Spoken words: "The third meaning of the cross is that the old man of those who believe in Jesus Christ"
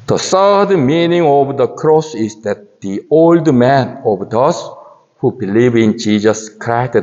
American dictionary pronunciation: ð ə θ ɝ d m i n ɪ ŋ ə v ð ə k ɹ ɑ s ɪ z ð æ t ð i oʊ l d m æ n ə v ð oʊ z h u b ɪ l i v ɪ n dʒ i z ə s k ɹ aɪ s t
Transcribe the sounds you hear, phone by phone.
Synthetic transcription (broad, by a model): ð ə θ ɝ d m i n ɪ ŋ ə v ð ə k ɹ ɑ s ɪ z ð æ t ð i oʊ l d m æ n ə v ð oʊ s h u b ɪ l i v ɪ n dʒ i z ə s k ɹ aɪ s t